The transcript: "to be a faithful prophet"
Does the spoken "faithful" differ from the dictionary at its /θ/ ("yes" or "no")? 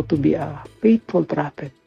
yes